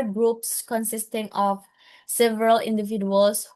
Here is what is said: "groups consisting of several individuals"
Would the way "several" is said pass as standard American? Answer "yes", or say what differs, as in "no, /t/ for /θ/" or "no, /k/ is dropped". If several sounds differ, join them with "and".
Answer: yes